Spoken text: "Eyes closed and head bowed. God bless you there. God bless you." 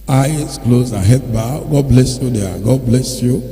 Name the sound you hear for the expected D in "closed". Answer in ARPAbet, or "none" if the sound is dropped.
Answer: none